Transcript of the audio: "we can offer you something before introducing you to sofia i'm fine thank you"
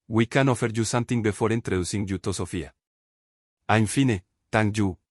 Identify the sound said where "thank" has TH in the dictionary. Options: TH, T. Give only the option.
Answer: T